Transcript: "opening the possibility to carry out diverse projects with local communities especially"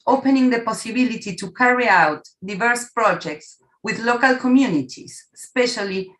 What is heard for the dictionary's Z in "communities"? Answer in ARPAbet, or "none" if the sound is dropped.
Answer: S